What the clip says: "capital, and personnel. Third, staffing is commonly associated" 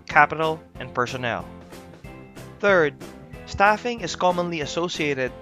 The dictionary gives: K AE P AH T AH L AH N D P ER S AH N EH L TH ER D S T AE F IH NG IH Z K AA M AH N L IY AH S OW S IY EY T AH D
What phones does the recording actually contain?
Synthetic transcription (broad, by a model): K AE P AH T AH L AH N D P ER S AH N EH L TH ER D S T AE F IH NG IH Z K AA M AH N L IY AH S OW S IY EY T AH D